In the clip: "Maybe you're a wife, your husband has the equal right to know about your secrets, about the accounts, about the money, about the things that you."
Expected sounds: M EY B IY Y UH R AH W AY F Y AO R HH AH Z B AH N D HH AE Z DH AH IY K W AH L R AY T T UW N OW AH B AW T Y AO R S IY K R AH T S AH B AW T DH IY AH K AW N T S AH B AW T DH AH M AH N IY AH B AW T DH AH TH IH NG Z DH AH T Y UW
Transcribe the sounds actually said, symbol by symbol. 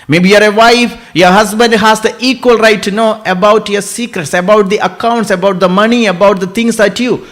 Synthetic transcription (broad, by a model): M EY B IY Y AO R AH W AY F Y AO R HH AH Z B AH N D HH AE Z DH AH IY K W AH L R AY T T UW N OW AH B AW T Y AO R S IY K R AH T S AH B AW T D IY AH K AW N T S AH B AW T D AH M AH N IY AH B AW T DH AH T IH NG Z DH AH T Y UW